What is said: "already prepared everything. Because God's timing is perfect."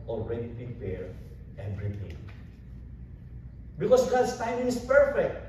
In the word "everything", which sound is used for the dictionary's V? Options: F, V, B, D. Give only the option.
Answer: B